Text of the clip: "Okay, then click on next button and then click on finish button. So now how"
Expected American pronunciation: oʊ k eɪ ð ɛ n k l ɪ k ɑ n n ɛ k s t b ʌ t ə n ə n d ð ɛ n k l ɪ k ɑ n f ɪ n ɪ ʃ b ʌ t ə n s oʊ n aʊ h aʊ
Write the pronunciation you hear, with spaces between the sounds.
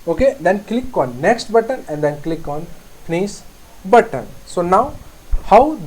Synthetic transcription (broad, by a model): oʊ k eɪ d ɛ n k l ɪ k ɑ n n ɛ k s t b ʌ t ə n ə n d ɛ n k l ɪ k ɑ n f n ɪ s b ʌ t ə n s oʊ n aʊ h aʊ